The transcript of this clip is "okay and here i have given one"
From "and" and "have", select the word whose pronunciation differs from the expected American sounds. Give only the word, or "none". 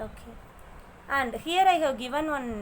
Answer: have